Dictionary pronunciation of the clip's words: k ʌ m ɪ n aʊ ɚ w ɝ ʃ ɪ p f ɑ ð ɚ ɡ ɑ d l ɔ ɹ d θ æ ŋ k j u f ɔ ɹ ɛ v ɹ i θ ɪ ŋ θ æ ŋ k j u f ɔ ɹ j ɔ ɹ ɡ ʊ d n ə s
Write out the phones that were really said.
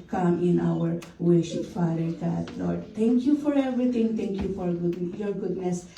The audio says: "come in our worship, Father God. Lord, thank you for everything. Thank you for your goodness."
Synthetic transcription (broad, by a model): k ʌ m ɪ n aʊ ɚ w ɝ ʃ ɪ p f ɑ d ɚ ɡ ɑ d l ɔ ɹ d t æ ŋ k j u f ɔ ɹ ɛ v ɹ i t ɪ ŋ t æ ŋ k j u f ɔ ɹ j ɔ ɹ ɡ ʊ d n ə s